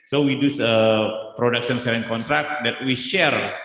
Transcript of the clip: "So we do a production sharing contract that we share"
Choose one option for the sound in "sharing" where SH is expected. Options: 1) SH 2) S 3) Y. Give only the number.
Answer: 2